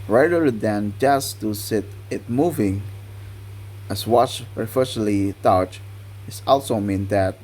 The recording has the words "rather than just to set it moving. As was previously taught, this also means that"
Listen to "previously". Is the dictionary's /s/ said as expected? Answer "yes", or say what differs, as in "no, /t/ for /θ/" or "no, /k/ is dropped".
no, /s/ is dropped